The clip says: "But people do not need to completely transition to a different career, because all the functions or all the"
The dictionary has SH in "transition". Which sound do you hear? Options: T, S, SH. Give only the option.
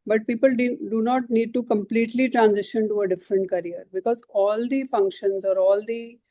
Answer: SH